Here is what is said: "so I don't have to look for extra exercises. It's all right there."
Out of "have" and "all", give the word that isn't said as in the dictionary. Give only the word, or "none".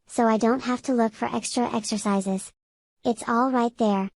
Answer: have